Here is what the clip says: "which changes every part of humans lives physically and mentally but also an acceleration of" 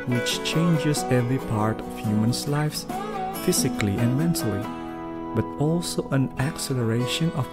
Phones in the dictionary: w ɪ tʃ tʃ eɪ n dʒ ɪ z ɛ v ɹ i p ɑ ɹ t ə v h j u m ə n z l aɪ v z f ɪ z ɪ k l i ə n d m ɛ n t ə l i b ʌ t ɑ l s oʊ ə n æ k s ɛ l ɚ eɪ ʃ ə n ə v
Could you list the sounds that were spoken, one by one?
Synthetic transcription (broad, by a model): w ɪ tʃ tʃ eɪ n dʒ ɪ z ɛ v ɹ i p ɑ ɹ t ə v h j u m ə n s l aɪ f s f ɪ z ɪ k l i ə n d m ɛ n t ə l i b ʌ t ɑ l s oʊ ə n æ k s ɛ l ɚ eɪ ʃ ə n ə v